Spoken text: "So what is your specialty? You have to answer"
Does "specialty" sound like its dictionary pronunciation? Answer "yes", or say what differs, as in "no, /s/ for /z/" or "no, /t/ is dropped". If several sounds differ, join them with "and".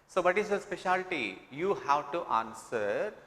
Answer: yes